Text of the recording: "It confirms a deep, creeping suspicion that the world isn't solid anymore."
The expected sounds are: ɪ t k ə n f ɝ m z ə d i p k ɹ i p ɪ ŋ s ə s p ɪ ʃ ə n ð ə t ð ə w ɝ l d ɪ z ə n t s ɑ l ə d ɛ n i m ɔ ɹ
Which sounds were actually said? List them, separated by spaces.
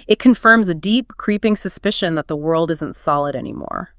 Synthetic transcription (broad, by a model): ɪ t k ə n f ɝ m z ə d i p k ɹ i p ɪ ŋ s ə s p ɪ ʃ ə n ð ə t ð ə w ɝ l d ɪ z ə n t s ɑ l ə d ɛ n i m ɔ ɹ